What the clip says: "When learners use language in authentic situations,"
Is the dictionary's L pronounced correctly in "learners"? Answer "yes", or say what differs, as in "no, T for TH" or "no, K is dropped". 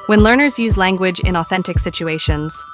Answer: yes